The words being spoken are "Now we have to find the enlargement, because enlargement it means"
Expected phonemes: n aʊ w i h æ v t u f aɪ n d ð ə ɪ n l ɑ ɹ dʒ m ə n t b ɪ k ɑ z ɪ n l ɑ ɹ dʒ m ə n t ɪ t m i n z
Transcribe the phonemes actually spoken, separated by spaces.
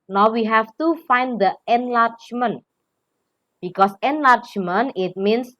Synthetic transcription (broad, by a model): n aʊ w i h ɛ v t u f aɪ n d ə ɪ n l ɑ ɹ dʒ m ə n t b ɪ k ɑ s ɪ n l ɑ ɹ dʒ m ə n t ɪ t m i n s